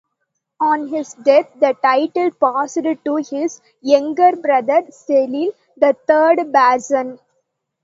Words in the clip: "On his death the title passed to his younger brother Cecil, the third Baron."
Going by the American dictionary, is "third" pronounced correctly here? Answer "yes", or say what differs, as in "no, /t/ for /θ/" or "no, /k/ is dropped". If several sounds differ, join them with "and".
no, /t/ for /θ/